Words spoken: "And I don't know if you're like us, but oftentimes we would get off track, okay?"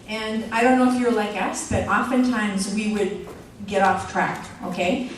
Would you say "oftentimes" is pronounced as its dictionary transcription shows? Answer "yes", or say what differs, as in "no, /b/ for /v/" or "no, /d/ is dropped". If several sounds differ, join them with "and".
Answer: yes